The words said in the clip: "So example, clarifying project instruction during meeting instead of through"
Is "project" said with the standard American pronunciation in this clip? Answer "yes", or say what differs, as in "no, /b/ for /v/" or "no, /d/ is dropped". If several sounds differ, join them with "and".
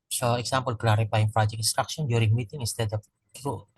no, /t/ is dropped